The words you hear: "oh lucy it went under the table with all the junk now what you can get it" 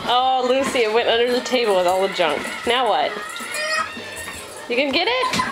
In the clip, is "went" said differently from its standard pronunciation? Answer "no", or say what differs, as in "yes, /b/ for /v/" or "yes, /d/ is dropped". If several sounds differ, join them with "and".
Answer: no